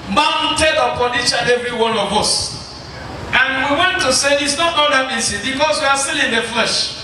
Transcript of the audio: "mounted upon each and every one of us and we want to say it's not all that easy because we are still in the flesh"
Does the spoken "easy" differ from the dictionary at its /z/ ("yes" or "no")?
yes